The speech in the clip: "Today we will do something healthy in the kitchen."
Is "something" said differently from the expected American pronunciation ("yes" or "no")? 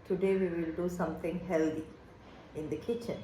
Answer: yes